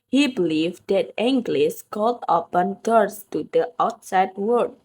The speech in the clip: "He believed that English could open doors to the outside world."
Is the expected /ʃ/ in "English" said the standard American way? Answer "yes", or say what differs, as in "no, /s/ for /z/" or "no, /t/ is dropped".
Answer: no, /s/ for /ʃ/